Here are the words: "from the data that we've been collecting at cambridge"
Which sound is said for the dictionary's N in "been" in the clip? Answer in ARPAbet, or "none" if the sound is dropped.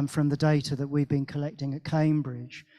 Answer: N